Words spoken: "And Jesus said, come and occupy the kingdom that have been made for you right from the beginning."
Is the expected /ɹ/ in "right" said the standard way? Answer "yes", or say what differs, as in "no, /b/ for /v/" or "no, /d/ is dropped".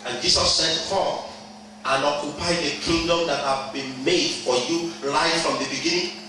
no, /l/ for /ɹ/